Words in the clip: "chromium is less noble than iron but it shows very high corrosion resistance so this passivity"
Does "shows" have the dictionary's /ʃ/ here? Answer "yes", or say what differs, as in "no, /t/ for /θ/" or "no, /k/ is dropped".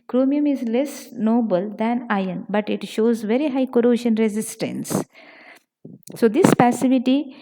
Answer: yes